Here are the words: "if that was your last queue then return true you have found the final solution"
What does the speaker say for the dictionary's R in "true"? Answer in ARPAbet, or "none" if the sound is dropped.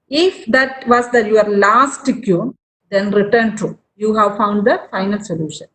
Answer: none